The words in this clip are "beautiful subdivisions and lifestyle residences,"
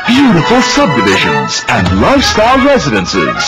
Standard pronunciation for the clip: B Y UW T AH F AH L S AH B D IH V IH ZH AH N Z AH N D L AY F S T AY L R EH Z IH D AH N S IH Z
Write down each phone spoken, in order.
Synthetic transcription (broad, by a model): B Y UW T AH F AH L S AH B D IH V IH ZH AH N Z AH N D L AY F S T AY L R EH Z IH D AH N S IH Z